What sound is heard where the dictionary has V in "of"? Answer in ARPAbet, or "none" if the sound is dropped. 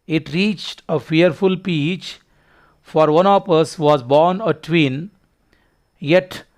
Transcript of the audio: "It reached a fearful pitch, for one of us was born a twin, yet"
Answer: P